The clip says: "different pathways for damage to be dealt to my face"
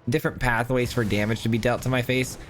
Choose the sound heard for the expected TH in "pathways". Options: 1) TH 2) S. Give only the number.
1